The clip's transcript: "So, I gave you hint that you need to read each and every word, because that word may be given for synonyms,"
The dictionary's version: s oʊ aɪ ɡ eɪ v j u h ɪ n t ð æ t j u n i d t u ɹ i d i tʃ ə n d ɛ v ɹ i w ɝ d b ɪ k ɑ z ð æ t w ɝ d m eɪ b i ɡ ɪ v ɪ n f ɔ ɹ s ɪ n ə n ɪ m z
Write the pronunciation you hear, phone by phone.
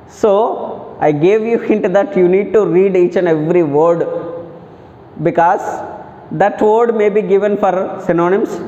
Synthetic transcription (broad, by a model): s oʊ aɪ ɡ eɪ v j u h ɪ n t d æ t j u n i d t u ɹ i d i tʃ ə n ɛ v ɹ i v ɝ d b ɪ k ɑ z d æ t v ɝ d m eɪ b i ɡ ɪ v ɪ n f ɔ ɹ s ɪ n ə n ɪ m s